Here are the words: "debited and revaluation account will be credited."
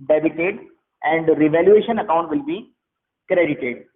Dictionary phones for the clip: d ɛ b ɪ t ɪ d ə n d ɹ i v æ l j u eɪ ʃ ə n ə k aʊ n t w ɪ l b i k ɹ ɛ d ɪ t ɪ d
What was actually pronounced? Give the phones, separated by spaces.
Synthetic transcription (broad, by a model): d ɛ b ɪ t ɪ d ə n d ɹ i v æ l j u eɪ ʃ ə n ə k aʊ n t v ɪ l b i k ɹ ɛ d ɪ t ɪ d